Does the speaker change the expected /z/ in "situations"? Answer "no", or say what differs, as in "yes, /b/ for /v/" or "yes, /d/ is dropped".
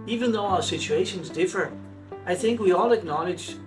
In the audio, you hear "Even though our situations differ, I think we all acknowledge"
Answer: no